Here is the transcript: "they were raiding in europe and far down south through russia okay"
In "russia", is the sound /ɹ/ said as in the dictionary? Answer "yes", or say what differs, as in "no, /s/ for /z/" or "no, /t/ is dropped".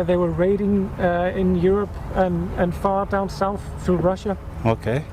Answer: yes